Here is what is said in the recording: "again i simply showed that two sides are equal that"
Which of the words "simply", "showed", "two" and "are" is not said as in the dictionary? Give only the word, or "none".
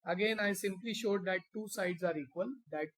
none